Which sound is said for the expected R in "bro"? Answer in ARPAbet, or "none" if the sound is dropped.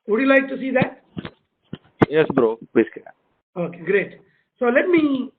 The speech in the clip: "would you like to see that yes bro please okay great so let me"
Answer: R